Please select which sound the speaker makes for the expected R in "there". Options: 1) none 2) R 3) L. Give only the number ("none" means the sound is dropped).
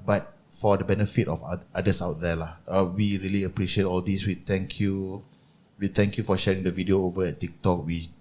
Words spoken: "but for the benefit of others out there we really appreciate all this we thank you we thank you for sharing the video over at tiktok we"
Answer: 3